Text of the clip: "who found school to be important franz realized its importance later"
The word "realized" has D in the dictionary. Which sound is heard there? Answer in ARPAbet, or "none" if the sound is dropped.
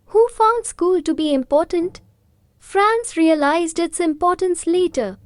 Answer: D